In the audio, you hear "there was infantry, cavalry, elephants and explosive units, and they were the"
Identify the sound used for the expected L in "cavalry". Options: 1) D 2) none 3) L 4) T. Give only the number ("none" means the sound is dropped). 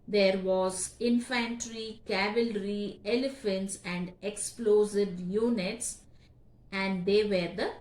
3